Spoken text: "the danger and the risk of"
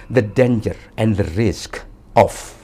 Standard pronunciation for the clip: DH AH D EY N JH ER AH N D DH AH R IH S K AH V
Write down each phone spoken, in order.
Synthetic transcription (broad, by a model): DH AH D EY N JH ER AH N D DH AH R IH S K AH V